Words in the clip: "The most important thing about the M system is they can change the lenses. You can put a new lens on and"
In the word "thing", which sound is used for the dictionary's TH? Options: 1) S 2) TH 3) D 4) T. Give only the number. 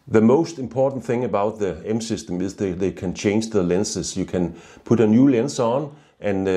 2